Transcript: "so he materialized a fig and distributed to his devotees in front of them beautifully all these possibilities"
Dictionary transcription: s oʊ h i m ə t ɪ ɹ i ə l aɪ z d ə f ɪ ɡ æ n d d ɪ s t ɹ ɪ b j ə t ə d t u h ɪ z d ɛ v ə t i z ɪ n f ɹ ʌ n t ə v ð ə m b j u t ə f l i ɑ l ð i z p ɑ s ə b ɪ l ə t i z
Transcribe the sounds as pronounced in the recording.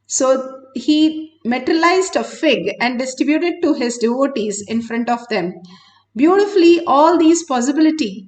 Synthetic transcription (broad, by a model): s oʊ h i m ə t ɹ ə l aɪ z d ə f ɪ ɡ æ n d d ɪ s t ɹ ɪ b j ə t ə d t u h ɪ z d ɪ v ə t i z ɪ n f ɹ ʌ n t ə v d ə m b j u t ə f l i ɑ l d i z p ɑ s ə b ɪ l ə t i